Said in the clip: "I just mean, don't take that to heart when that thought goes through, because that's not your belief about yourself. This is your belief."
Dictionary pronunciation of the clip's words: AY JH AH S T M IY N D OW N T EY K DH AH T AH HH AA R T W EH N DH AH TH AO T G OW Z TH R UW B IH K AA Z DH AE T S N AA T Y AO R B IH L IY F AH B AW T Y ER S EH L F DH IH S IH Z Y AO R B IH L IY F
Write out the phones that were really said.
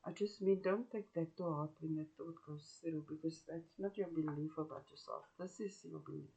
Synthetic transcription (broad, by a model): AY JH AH S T M IY N D OW N T EY K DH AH T AH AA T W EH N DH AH T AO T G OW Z S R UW B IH K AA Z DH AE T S N AA T Y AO B IH L IY F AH B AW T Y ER S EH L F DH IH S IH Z Y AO B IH L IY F